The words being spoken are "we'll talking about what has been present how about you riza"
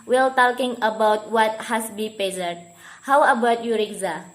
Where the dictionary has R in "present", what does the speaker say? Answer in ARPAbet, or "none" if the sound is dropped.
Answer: none